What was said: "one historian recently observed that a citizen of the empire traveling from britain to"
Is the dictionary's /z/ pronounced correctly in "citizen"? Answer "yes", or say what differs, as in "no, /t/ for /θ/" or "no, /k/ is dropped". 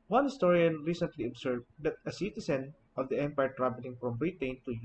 no, /s/ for /z/